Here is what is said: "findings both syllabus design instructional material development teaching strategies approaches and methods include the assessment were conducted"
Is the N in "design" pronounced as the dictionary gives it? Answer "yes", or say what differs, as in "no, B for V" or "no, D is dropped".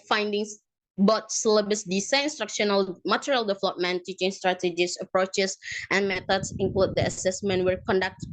no, N is dropped